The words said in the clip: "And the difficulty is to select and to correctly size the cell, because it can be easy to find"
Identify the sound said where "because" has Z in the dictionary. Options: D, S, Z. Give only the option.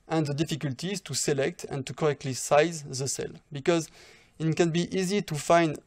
Z